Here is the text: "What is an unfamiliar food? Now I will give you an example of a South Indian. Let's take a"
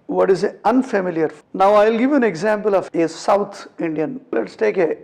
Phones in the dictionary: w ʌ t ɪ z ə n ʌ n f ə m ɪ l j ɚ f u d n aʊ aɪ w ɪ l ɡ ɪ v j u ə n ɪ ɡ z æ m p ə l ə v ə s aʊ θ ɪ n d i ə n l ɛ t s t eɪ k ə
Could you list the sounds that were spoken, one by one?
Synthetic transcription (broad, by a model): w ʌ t ɪ z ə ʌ n f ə m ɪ l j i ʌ d n aʊ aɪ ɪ l ɡ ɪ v j u ə n ɪ ɡ z æ m p ə l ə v ə s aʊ t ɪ n d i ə n l ɛ t s t eɪ k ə